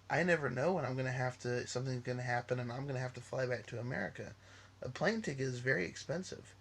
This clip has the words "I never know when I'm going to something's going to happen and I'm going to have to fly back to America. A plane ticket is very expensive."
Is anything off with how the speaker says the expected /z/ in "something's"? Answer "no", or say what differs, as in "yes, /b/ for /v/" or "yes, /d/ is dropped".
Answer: no